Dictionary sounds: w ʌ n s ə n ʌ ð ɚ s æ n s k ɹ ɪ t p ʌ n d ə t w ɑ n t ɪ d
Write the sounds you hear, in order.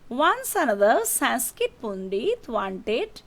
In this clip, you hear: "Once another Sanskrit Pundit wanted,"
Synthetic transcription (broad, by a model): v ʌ n s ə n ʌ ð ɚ s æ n s k ɪ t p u n d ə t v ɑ n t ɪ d